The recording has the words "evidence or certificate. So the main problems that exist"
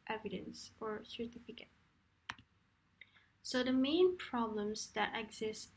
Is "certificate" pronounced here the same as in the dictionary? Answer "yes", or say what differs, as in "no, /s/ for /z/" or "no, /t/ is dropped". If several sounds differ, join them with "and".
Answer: yes